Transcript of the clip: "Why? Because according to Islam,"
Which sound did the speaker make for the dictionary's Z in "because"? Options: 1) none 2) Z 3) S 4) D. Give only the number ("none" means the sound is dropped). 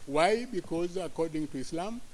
2